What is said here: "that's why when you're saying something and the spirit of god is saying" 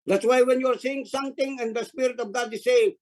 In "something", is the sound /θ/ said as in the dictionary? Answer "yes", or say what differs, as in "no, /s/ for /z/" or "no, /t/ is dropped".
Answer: no, /t/ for /θ/